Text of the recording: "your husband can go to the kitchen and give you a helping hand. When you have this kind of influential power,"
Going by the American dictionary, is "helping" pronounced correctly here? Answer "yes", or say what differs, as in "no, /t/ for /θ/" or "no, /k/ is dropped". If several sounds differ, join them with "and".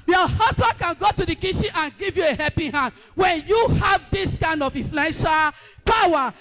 no, /l/ is dropped